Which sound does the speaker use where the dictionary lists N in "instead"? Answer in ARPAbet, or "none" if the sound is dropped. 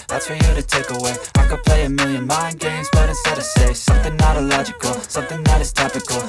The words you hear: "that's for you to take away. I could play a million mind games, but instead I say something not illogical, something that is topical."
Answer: none